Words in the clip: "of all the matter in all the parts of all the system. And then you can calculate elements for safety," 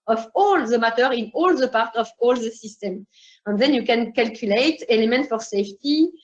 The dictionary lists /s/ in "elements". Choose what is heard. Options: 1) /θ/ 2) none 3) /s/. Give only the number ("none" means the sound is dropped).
2